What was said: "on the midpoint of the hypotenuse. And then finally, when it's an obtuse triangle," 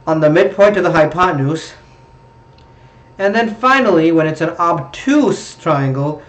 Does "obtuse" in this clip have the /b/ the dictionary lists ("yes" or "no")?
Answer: yes